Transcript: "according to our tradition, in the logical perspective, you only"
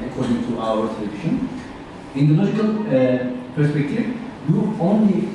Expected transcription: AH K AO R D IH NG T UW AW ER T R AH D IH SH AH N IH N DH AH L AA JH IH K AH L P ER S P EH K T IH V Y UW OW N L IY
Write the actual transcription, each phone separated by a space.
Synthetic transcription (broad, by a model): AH K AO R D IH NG T UW AW ER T L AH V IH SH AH N IH N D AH L AA JH IH K AH L P ER S P EH K T IH V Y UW OW N L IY